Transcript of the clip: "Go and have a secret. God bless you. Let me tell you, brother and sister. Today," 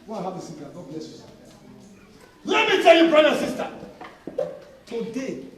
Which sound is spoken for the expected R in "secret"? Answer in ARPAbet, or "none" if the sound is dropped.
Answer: none